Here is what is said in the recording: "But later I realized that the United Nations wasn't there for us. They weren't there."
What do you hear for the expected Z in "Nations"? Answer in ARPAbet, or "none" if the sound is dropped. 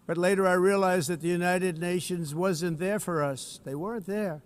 Z